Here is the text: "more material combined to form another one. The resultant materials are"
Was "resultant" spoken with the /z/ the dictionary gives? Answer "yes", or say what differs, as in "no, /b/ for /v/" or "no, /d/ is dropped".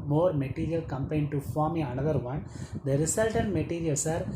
no, /s/ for /z/